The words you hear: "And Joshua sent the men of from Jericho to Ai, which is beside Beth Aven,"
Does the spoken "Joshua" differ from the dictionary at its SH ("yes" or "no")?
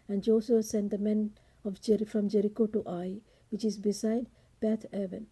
yes